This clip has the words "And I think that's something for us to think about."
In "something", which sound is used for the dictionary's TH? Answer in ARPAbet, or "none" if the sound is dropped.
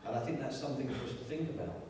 TH